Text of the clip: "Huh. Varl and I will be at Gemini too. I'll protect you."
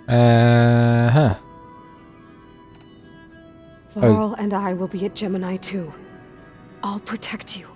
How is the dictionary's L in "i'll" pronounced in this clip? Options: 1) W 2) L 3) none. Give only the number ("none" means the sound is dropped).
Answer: 2